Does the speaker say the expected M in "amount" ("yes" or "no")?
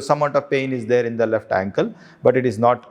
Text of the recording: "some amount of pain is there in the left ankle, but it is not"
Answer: no